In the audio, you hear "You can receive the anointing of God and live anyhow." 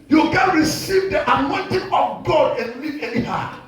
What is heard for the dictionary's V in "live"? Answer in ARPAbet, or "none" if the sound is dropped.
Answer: none